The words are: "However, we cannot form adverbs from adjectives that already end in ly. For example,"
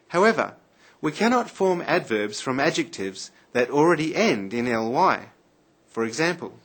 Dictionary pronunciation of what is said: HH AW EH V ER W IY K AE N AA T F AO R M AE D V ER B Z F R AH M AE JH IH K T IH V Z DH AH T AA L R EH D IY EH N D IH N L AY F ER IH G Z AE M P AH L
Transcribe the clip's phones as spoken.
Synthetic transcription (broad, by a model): HH AW EH V ER W IY K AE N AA T F AO R M AE D V ER B Z F R AH M AE JH IH K T IH V Z DH AH T L R EH D IY EH N D IH N L AY F ER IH G Z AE M P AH L